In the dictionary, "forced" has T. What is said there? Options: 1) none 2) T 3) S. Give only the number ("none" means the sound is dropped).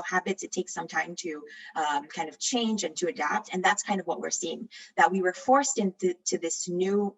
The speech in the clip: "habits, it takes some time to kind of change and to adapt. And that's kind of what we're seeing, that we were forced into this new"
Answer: 2